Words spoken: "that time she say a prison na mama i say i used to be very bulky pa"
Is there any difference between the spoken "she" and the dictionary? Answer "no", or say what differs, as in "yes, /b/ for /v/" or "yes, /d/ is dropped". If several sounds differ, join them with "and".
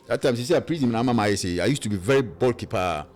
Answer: yes, /s/ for /ʃ/